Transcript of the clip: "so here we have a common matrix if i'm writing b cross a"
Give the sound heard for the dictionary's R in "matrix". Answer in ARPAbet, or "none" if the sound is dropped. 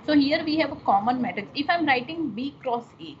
none